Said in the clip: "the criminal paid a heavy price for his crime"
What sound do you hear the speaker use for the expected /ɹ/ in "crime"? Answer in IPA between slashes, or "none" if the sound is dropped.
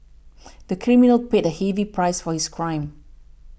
/ɹ/